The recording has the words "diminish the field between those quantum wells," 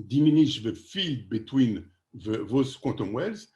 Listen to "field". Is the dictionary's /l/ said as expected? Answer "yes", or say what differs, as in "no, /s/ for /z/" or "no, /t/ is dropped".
no, /l/ is dropped